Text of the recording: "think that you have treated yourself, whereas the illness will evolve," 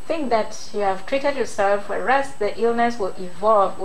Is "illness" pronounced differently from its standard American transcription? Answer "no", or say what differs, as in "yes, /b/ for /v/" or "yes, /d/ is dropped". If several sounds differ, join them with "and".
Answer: no